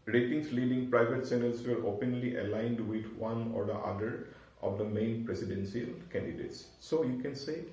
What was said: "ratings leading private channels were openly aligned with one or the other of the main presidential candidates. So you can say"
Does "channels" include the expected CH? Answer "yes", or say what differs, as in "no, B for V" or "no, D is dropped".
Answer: no, S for CH